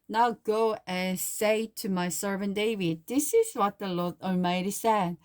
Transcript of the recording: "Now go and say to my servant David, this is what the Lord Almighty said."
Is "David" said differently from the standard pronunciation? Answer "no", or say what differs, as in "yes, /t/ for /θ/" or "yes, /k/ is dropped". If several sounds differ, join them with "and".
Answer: no